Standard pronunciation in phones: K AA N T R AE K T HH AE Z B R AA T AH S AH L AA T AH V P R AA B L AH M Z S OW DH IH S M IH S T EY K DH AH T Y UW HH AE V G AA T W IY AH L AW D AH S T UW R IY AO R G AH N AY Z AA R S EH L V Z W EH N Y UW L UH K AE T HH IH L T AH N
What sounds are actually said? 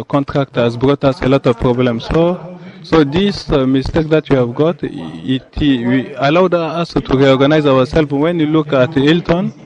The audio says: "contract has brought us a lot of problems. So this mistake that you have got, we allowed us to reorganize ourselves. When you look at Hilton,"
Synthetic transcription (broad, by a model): K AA N T R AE K T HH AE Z B R AA T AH S AH L AA T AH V P R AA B L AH M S S OW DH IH S M IH S T EY K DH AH T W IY HH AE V G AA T W IY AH L AW D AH S T UW R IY AO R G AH N AY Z AA W S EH L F W EH N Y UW L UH K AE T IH L T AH N